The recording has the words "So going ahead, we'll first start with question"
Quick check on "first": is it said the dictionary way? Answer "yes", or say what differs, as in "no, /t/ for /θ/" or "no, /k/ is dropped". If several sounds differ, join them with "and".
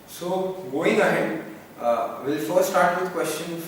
no, /s/ is dropped